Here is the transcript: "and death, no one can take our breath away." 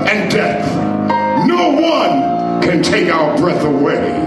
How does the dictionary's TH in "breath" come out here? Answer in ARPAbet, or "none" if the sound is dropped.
TH